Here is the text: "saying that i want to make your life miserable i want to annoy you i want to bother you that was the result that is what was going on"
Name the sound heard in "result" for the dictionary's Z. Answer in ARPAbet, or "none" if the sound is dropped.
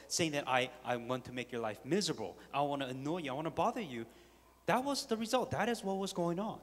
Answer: Z